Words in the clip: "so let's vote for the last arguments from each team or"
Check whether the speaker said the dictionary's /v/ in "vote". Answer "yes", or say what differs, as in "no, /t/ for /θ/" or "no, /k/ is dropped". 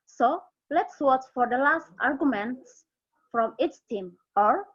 no, /w/ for /v/